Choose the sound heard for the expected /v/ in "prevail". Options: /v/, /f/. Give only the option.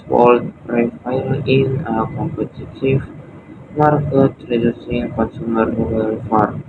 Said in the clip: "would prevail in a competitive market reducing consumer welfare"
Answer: /f/